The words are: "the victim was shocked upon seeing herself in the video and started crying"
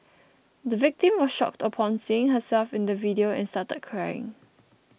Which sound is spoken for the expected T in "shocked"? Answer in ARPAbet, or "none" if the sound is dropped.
T